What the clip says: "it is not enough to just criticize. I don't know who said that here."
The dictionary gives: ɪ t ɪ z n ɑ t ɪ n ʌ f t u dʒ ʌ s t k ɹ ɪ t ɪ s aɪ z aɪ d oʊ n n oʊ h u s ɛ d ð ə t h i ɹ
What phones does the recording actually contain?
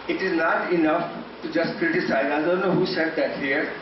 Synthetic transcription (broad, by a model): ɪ t ɪ z n ɑ t ɪ n ʌ f t u dʒ ʌ s t k ɹ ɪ t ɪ s aɪ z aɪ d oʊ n n oʊ h u s ɛ d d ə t h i ɹ